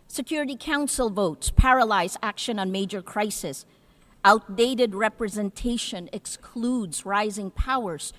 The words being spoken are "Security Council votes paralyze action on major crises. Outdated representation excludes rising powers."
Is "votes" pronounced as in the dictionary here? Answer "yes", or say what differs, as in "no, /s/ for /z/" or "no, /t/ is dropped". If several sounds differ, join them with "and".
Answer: yes